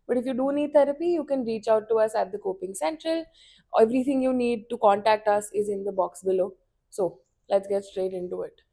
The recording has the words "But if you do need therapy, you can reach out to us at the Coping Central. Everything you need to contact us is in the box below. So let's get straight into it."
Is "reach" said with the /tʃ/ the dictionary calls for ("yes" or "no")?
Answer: yes